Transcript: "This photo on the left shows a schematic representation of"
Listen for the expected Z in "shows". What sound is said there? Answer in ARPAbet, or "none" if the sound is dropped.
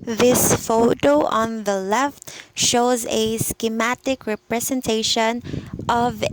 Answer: Z